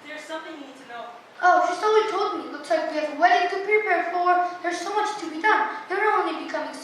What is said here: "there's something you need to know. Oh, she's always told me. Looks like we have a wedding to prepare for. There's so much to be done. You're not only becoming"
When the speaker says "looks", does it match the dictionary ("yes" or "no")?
no